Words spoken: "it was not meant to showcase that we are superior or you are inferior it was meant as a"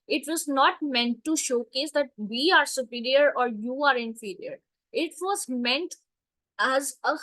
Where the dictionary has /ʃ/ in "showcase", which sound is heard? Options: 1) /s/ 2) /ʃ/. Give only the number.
2